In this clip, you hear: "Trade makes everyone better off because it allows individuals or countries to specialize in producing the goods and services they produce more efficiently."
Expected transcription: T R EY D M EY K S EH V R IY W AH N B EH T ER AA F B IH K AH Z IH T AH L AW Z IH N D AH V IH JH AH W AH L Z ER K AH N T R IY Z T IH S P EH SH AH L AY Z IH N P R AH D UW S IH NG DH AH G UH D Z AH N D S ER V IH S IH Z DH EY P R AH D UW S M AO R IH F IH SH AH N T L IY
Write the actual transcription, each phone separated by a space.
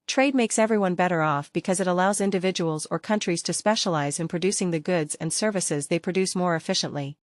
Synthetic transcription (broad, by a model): T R EY D M EY K S EH V R IY W AH N B EH T ER AA F B IH K AH Z IH T AH L AW Z IH N D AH V IH JH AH W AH L Z ER K AH N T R IY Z T IH S P EH SH AH L AY Z IH N P R AH D UW S IH NG DH AH G UH D Z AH N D S ER V IH S IH Z DH EY P R AH D UW S M AO R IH F IH SH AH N T L IY